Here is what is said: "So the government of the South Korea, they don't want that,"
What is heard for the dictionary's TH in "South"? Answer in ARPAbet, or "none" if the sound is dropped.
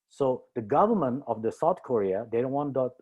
T